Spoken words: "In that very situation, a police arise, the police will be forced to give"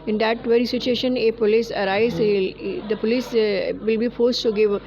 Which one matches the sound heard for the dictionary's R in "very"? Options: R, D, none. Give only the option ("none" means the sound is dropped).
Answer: R